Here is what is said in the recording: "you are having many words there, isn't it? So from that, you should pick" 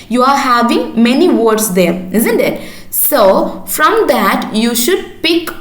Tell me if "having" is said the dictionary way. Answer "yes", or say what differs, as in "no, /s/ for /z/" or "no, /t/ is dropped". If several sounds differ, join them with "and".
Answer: yes